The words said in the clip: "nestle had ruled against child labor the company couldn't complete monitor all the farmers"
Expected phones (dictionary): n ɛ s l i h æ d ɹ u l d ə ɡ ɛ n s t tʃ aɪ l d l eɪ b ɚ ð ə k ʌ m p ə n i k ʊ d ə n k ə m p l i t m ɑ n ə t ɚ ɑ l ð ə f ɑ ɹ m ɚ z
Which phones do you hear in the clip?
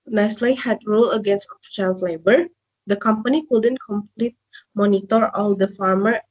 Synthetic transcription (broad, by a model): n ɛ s l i h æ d ɹ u l ə ɡ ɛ n s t ʃ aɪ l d l eɪ b ɚ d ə k ʌ m p ə n i k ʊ d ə n k ə m p l i t m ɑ n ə t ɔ ɑ l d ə f ɑ ɹ m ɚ